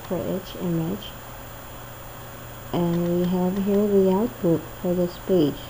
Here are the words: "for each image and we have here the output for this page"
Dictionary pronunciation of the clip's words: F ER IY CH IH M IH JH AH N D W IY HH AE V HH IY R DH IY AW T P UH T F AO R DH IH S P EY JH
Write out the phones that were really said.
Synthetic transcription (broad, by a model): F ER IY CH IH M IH CH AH N W IY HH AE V HH IY R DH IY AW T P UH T F AO R DH IH S P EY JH